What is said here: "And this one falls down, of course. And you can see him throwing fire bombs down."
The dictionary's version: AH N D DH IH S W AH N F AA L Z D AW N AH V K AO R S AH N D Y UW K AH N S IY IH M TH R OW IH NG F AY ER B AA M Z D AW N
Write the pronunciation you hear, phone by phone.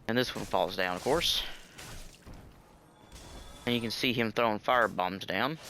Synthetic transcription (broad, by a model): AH N DH IH S W AH N F AA L Z D AW N AH V K AO R S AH N Y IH K AH N S IY IH M TH R OW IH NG F AY ER B AA M Z D AW N